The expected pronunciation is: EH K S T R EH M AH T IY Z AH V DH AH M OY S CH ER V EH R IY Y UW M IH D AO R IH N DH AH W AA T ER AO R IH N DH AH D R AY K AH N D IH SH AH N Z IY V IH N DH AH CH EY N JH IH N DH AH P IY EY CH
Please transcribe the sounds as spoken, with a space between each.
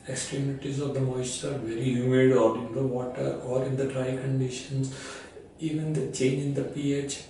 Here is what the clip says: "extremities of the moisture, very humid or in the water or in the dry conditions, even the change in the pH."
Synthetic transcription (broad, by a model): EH K S T R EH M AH T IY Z AH V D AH M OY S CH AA V EH R IY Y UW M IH D AO R IH N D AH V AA T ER AO R IH N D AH D R AY K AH N D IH SH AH N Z IY V IH N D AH CH EY N JH IH N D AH P IY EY CH